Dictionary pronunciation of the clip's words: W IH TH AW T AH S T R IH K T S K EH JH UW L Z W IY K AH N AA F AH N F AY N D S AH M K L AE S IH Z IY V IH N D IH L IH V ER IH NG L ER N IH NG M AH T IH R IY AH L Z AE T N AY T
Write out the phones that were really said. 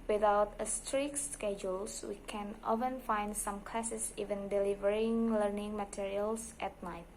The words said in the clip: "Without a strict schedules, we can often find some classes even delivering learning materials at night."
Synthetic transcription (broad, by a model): W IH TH AW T AH S T R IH K S K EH JH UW L S W IY K AH N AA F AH N F AY N D S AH M K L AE S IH S IY V IH N D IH L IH V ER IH NG L ER N IH NG M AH T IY R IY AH L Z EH T N AY T